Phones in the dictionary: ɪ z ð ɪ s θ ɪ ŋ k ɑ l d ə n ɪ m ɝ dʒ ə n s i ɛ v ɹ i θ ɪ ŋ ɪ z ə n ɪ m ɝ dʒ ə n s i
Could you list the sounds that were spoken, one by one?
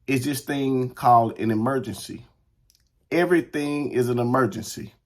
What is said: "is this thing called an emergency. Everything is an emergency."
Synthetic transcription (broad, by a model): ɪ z ð ɪ s θ ɪ ŋ k ɑ l d ə n ɪ m ɝ dʒ ə n s i ɛ v ɹ i θ ɪ ŋ ɪ z ə n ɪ m ɝ dʒ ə n s i